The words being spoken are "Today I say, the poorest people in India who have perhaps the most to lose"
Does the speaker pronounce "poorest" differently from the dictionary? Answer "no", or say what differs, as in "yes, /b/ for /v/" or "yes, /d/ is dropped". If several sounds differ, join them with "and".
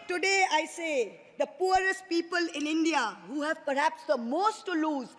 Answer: no